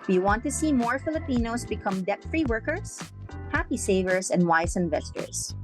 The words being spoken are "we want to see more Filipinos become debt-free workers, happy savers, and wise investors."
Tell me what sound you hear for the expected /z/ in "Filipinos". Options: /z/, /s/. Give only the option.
/s/